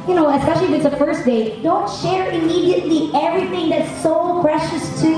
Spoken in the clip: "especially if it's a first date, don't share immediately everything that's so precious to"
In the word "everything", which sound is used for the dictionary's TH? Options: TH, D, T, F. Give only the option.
TH